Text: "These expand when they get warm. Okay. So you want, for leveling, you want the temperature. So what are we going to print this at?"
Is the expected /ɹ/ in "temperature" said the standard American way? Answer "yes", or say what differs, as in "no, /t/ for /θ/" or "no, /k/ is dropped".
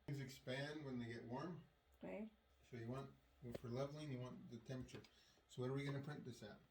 no, /ɹ/ is dropped